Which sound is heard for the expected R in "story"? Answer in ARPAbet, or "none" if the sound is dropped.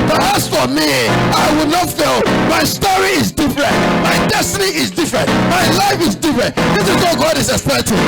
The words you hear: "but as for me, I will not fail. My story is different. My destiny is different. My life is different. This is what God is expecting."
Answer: R